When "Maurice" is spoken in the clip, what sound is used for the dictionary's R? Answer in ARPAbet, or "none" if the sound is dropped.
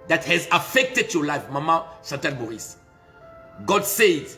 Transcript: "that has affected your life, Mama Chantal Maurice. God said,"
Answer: none